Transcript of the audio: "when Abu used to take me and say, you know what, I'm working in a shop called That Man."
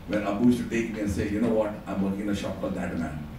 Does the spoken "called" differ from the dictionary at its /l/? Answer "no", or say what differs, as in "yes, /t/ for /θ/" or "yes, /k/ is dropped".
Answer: yes, /l/ is dropped